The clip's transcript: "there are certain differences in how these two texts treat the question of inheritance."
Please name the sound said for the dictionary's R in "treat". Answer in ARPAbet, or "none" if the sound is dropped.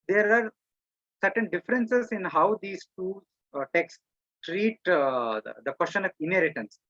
R